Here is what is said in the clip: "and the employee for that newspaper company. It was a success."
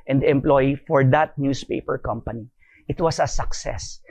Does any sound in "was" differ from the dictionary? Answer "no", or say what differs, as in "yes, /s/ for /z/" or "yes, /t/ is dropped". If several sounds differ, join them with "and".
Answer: yes, /s/ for /z/